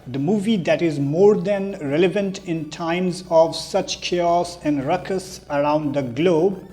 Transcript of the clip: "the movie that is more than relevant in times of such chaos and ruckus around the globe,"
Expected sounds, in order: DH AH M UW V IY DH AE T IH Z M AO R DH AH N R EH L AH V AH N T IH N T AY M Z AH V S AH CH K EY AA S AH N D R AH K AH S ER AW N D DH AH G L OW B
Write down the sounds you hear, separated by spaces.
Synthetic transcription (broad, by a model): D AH M UW V IY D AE T IH Z M AO R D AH N R EH L AH V AH N T IH N T AY M Z AH V S AH CH K EY AA S AH N D R AH K AH S ER AW N D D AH G L OW B